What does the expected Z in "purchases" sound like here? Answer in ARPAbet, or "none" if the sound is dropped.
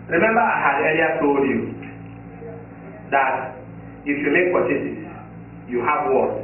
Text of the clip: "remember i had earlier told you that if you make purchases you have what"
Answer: none